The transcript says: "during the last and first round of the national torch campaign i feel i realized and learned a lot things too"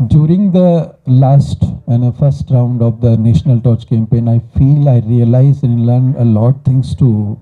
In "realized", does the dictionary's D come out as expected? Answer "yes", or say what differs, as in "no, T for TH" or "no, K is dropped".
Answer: no, D is dropped